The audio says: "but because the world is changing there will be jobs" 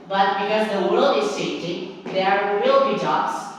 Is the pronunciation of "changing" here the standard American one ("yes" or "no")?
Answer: no